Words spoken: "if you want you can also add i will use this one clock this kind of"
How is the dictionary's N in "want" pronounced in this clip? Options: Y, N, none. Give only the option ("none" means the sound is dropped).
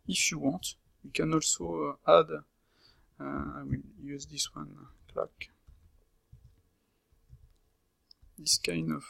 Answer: none